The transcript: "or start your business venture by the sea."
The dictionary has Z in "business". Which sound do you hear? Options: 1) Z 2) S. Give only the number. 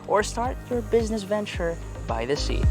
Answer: 1